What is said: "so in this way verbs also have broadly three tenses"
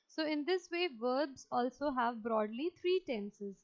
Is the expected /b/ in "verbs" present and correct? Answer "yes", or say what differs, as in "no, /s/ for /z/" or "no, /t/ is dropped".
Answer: yes